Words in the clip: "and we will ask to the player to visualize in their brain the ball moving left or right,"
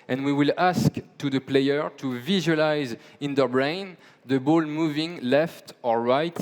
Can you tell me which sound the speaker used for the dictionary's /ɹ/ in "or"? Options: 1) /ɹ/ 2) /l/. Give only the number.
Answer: 1